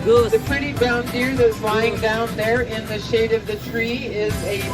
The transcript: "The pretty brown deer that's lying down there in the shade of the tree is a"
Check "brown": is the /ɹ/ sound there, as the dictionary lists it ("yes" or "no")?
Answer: no